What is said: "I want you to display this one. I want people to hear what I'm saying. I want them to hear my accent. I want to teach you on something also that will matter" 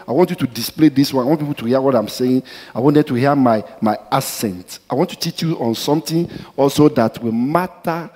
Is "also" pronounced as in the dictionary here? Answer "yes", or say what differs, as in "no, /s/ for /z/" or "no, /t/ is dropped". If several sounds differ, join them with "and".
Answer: yes